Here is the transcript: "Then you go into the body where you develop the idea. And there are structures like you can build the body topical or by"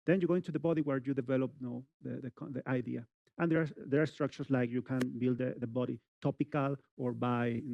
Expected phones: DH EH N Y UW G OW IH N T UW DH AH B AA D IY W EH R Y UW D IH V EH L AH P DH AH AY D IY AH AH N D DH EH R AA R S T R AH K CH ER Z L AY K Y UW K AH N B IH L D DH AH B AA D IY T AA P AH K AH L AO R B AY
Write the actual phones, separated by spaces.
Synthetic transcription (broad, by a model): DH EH N Y UW G OW IH N T UW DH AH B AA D IY W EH R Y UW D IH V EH L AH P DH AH AY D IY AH AH N D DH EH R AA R S T R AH K CH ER S L AY K Y UW K AH N B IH L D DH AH B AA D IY T AA P AH K AH L AO R B AY